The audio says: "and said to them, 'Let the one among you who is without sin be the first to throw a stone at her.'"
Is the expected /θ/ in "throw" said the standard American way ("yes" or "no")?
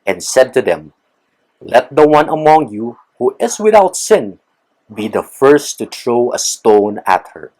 no